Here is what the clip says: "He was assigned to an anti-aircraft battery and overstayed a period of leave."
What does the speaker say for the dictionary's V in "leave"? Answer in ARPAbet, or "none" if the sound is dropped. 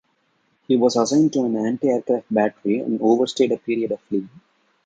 none